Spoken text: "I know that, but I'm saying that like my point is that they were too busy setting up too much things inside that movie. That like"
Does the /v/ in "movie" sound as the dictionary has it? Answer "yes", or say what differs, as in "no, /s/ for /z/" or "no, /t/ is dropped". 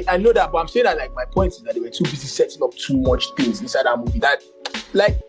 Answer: yes